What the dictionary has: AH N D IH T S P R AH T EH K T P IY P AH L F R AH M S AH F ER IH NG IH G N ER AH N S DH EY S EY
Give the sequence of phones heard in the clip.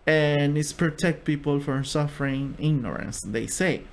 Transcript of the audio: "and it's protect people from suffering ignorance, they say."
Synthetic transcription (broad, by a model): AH N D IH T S P R AH T EH K T P IY P AH L F R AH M S AH F ER IH NG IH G N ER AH N S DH EY S EY